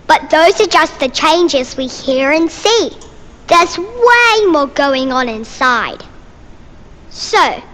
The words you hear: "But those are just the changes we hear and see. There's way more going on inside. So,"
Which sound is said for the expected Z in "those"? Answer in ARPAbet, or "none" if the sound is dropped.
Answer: Z